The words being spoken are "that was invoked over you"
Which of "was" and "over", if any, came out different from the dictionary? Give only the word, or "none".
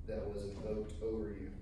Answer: none